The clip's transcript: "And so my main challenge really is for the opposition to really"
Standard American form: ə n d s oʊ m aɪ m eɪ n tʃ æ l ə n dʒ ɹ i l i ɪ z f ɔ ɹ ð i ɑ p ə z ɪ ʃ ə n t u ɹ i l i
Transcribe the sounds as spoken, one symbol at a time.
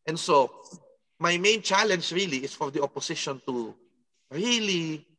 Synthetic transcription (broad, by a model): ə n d s oʊ m aɪ m eɪ n tʃ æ l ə n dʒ ɹ i l i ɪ s f ɔ ɹ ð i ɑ p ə s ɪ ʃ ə n t u ɹ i l i